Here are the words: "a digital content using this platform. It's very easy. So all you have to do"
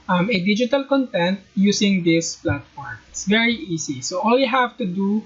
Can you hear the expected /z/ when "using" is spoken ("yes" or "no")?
no